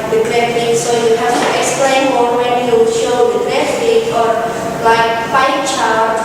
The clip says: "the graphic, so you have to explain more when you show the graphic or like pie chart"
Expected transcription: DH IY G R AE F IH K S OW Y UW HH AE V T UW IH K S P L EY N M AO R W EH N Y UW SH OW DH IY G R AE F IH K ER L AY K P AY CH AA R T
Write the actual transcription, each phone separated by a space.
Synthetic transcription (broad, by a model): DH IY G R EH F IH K S OW Y UW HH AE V T UW IH K S P L EY N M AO L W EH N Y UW SH OW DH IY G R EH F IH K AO L AY K F AY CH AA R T